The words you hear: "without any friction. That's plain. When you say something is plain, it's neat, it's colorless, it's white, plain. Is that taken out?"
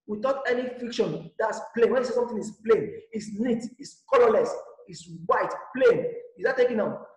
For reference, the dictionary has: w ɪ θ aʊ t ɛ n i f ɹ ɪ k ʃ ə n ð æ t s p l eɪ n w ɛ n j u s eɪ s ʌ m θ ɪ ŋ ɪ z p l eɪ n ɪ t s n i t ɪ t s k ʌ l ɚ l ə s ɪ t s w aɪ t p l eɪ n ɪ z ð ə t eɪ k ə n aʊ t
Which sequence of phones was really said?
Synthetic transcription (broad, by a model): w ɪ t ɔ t ɛ n i f i k ʃ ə n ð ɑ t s p l eɪ n w ɛ n j u s eɪ s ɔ m t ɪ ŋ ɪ s p l eɪ n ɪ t s n i t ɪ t s k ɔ l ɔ l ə s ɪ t s w aɪ t p l eɪ n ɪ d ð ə t eɪ k ə n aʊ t